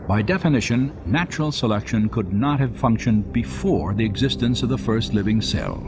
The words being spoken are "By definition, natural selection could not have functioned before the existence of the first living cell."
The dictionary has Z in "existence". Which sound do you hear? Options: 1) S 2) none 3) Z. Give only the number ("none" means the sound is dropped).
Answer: 3